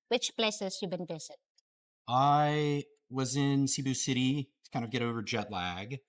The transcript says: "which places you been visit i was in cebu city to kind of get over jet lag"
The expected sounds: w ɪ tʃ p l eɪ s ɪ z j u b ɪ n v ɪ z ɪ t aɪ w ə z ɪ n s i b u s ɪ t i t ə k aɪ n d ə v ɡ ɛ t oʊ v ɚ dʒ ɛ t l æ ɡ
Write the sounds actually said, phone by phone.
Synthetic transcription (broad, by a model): w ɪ tʃ p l eɪ s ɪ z j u b ɪ n v ɪ z ɪ t aɪ w ə z ɪ n s i b u s ɪ t i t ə k aɪ n d ə v ɡ ɛ t oʊ v ɚ dʒ ɛ t l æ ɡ